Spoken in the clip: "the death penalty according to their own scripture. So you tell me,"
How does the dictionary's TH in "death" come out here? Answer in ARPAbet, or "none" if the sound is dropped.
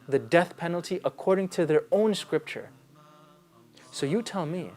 TH